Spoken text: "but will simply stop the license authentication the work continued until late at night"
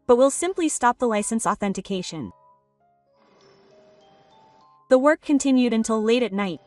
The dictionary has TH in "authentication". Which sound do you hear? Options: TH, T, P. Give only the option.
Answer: TH